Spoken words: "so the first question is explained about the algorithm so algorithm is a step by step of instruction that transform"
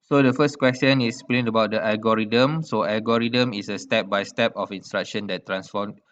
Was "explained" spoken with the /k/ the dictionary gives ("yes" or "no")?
no